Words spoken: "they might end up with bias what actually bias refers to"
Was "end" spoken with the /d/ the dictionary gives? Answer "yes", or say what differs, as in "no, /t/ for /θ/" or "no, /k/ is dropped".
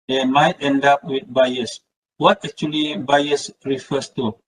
yes